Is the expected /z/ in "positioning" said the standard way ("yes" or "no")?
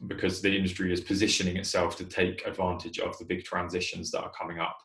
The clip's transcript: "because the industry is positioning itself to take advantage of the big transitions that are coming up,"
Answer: yes